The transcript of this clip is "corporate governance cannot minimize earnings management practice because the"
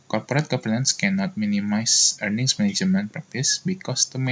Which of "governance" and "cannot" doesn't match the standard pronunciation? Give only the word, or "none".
governance